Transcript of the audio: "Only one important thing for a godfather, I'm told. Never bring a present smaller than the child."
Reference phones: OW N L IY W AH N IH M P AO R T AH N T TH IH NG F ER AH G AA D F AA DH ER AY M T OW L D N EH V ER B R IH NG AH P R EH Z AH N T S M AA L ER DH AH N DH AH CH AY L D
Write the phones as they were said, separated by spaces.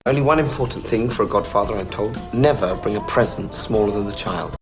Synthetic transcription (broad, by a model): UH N L IY W AH N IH M P AO R T N TH IH NG F ER AH G AA D F AA DH ER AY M T OW L D N EH V ER B R IH NG AH P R EH Z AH N S M AA L ER DH AH N DH AH CH AY L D